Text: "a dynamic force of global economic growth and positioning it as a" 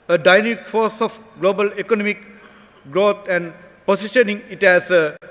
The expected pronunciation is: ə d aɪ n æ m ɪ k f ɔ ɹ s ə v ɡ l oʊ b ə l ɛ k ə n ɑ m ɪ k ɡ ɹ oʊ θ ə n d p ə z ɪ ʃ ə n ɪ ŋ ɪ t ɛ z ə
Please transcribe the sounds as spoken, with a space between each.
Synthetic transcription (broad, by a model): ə d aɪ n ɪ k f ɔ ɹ s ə f ɡ l oʊ b ə l ɛ k ə n ɑ m ɪ k ɡ ɹ oʊ t ə n d p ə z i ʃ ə n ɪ ŋ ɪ t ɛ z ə